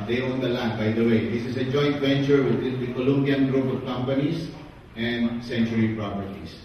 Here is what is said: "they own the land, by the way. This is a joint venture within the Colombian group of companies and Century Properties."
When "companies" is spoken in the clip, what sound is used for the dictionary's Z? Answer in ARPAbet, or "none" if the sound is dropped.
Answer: S